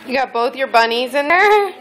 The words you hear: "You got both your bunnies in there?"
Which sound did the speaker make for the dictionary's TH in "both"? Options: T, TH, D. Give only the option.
TH